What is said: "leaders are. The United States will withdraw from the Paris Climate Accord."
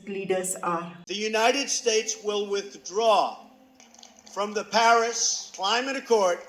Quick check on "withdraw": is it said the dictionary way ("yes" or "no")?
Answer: yes